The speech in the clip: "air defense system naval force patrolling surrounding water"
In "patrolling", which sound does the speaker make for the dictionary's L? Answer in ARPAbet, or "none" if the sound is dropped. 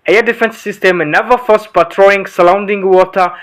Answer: none